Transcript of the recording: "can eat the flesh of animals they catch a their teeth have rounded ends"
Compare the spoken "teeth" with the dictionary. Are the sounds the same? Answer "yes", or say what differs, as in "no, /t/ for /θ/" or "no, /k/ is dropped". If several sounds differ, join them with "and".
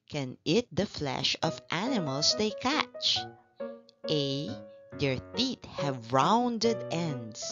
no, /t/ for /θ/